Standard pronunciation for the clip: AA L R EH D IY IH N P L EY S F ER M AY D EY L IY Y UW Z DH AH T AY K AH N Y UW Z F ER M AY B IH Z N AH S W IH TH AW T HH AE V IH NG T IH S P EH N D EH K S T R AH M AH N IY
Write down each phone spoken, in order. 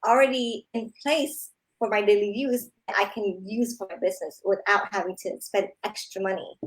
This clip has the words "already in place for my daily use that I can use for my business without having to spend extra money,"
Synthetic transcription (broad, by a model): L R EH D IY IH N P L EY S F ER M AY D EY L IY Y UW Z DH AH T AY K AH N Y UW Z F ER M AY B IH Z N AH S W IH TH AW T HH AE V IH NG T IH S P EH N D EH K S T R AH M AH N IY